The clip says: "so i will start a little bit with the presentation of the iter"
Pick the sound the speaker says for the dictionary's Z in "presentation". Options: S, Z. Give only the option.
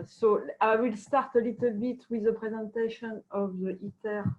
Z